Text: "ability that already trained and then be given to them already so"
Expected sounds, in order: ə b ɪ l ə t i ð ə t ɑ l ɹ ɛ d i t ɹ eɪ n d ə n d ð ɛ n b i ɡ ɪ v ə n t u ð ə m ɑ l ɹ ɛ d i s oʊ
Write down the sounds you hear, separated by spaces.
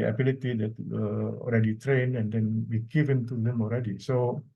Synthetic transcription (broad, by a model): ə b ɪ l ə t i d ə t ɑ l ɹ ɛ d i t ɹ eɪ n ə n d ɛ n b i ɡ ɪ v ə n t u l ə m ɑ l ɹ ɛ d i s oʊ